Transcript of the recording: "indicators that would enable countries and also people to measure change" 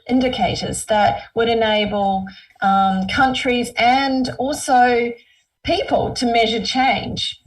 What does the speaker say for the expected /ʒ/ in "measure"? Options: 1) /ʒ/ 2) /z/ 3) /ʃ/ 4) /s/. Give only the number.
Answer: 1